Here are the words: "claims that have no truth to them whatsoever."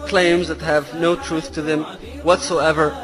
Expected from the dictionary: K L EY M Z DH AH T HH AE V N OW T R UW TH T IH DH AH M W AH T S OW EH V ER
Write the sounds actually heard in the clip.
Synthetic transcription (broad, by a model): K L EY M Z DH AH T HH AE V N OW T R UW TH T IH DH AH M W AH T S OW EH V ER